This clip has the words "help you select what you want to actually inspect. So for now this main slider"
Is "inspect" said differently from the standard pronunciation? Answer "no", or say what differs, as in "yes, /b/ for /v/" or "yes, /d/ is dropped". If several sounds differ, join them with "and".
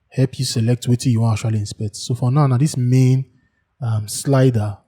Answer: no